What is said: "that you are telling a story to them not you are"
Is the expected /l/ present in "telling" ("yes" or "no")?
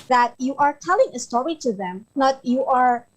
yes